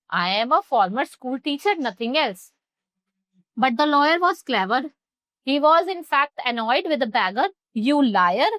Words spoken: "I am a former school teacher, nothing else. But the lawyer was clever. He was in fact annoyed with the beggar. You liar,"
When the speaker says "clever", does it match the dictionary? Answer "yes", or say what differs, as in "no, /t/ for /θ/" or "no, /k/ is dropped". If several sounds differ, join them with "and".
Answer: yes